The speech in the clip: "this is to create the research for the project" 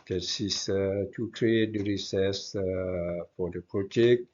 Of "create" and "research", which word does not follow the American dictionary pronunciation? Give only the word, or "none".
research